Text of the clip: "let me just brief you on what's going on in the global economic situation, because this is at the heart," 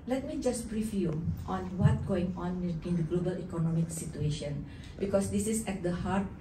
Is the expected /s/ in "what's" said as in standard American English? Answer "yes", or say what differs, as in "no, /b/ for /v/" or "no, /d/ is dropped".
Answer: no, /s/ is dropped